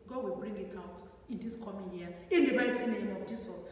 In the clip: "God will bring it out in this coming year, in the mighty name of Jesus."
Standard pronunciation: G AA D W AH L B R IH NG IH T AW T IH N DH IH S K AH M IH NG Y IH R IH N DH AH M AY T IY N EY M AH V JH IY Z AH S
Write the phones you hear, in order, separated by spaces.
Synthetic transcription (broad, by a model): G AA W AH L B R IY NG IH T AW T IH N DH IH S K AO M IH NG Y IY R IH N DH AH M AY T IY N EY M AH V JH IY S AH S